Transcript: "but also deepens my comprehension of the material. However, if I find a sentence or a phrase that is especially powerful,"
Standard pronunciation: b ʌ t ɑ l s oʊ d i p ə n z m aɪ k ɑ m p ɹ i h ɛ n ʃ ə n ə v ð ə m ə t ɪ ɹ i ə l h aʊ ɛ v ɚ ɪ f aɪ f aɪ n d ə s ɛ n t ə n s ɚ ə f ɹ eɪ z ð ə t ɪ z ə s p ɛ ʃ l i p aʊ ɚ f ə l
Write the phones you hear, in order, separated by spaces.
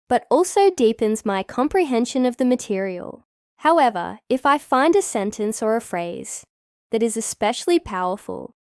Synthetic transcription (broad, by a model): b ʌ t ɑ l s oʊ d i p ə n z m aɪ k ɑ m p ɹ i h ɛ n ʃ ə n ə v ð ə m ə t ɪ ɹ i ə l h aʊ ɛ v ɚ ɪ f aɪ f aɪ n d ə s ɛ n t ə n s ɚ ə f ɹ eɪ z ð ə t ɪ z ə s p ɛ ʃ l i p aʊ ɚ f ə l